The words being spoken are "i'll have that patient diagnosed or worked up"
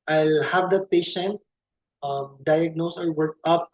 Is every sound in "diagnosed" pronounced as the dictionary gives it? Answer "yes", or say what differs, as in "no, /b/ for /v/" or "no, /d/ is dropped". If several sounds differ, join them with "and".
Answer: no, /t/ is dropped